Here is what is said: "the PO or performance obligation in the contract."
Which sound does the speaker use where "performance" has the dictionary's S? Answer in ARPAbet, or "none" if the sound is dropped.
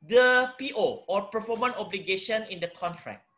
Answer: none